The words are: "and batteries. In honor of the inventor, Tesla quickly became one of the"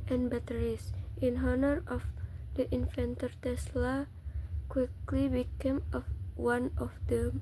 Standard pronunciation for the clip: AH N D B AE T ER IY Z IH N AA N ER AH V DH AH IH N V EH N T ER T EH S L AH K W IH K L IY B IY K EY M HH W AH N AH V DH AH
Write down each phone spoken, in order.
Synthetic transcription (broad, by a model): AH N B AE T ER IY S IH N AA N ER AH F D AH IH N F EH N T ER T EH S L AH K W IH K L IY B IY K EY M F W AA N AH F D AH